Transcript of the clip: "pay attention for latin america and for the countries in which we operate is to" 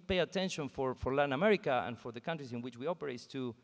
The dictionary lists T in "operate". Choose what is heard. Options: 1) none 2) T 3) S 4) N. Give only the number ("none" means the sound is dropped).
1